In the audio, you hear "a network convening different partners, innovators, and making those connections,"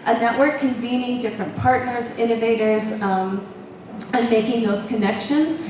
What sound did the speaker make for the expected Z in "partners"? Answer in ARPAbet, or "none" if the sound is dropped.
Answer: Z